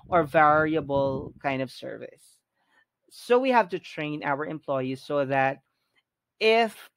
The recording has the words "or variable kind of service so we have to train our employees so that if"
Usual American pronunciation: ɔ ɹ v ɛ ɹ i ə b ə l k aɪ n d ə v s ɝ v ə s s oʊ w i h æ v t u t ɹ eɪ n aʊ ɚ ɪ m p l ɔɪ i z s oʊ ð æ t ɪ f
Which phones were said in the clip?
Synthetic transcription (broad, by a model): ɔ ɹ v ɛ ɹ i ə b ə l k aɪ n d ə v s ɝ v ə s s oʊ w i h æ v t u t ɹ eɪ n aʊ ɚ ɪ m p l ɔɪ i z s oʊ ð æ t ɪ f